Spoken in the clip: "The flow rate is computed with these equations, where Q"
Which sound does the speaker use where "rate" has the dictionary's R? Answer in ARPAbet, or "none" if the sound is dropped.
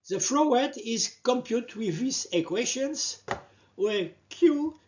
W